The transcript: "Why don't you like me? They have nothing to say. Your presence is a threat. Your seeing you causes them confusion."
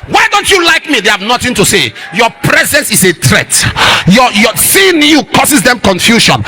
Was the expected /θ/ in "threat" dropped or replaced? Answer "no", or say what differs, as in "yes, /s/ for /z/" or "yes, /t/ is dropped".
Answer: yes, /t/ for /θ/